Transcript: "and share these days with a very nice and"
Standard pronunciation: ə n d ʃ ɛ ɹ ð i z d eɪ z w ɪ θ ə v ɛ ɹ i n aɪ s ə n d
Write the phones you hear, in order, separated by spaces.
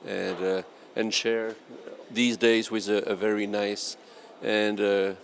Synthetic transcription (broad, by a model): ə n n ʃ ɛ ɹ ð i z d eɪ z w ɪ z ə v ɛ ɹ i n aɪ s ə n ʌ